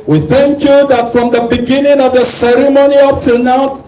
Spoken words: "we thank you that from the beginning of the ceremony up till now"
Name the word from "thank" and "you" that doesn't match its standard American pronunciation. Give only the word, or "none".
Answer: none